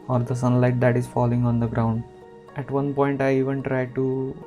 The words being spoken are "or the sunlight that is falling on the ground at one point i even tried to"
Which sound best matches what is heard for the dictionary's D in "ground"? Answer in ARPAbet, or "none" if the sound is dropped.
D